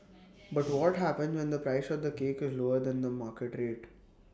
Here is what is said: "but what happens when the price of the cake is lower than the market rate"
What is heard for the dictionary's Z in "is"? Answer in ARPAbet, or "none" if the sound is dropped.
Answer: Z